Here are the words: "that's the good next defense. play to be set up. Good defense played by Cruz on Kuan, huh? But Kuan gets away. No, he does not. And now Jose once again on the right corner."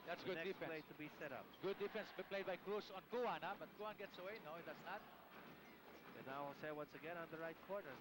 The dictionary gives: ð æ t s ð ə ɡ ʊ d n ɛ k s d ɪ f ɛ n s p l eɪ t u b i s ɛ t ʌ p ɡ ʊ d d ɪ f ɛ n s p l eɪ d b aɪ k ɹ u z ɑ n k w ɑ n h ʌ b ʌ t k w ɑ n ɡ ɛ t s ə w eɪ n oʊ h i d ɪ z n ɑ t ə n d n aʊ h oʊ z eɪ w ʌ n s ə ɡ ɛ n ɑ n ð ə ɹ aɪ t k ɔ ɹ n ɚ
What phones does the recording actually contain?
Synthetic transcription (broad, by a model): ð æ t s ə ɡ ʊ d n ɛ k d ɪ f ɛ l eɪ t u b i s ɛ t ʌ p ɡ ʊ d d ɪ f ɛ n s p l eɪ d b aɪ k ɹ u s ɑ n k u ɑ n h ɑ b ʌ t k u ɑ n ɡ ɛ t s ə w eɪ n oʊ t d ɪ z n ɑ t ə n n aʊ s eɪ w ʌ n s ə ɡ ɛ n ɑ n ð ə ɹ aɪ t k ɔ ɹ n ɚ